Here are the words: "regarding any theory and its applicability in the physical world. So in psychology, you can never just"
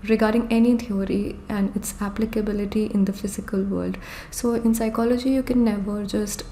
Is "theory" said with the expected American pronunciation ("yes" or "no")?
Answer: no